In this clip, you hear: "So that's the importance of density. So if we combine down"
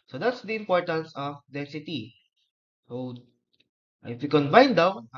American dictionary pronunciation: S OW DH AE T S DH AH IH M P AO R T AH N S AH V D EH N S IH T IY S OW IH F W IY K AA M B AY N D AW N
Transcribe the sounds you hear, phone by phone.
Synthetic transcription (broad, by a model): S OW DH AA T S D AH IH M P AO R T AH N S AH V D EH S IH T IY S OW IH F W IY K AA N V AY N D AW